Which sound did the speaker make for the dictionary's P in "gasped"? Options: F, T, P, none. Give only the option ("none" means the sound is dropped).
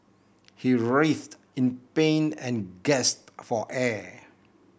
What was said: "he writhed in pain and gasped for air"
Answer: none